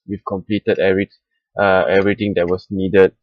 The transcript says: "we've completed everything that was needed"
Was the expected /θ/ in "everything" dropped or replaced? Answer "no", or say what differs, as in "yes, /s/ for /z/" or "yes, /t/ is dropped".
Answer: yes, /t/ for /θ/